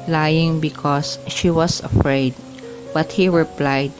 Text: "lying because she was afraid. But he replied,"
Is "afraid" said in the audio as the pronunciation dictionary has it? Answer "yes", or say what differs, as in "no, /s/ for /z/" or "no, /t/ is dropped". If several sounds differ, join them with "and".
yes